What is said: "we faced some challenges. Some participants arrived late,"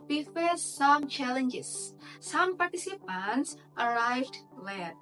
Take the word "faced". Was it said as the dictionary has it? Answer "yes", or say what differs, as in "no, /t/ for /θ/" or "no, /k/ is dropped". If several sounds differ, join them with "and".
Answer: no, /s/ is dropped